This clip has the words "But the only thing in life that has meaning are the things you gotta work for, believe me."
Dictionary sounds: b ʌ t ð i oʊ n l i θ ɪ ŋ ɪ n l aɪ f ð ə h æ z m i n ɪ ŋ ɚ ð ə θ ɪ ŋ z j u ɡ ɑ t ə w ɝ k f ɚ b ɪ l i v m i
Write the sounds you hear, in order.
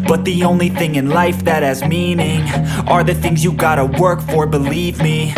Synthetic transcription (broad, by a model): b ʌ t ð i oʊ n l i θ ɪ ŋ ɪ n l aɪ f ð ə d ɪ z m i n ɪ ŋ ɚ ð ə θ ɪ ŋ z j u ɡ ɑ t ə w ɝ k f ɚ b ɪ l i v m i